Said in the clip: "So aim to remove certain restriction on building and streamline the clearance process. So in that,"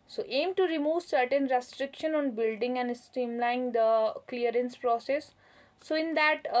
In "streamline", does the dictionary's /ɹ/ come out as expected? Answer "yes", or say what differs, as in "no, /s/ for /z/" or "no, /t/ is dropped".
no, /ɹ/ is dropped